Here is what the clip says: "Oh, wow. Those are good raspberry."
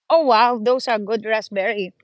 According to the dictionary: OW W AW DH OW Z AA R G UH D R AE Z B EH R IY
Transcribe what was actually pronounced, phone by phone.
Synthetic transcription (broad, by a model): OW W AW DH OW S AA R G UH D R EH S B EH R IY